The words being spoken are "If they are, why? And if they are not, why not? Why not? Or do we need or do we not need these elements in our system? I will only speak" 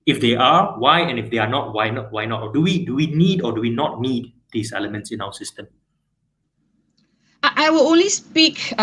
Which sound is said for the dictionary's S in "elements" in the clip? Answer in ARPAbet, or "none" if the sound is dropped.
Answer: S